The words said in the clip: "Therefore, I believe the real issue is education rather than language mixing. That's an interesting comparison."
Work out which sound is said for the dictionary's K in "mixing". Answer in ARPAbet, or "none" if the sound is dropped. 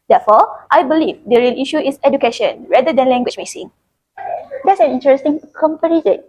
none